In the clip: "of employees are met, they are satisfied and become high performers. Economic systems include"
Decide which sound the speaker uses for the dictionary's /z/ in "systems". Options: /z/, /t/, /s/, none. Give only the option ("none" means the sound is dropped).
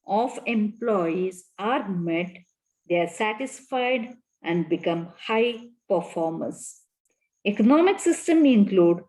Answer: none